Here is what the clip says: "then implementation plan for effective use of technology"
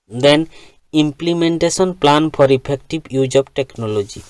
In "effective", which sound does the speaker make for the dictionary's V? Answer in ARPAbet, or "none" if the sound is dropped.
B